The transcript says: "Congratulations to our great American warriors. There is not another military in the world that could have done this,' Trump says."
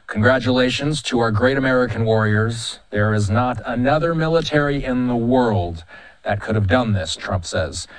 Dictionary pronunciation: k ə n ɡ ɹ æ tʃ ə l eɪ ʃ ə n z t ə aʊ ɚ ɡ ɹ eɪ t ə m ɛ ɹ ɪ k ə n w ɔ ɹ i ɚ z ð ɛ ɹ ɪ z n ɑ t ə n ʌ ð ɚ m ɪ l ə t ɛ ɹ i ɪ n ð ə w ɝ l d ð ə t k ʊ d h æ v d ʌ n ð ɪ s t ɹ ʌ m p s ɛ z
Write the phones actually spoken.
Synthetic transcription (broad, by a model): k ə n ɡ ɹ æ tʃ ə l eɪ ʃ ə n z t ə aʊ ɚ ɡ ɹ eɪ t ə m ɛ ɹ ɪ k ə n w ɔ ɹ i ɚ z ð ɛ ɹ ɪ z n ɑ t ə n ʌ ð ɚ m ɪ l ə t ɛ ɹ i ɪ n ð ə w ɝ l d ð ə t k ʊ d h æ v d ʌ n ð ɪ s t ɹ ʌ m p s ɛ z